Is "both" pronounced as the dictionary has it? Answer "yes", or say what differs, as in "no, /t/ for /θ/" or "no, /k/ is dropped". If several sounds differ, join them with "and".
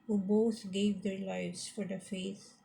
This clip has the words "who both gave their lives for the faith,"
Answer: no, /t/ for /θ/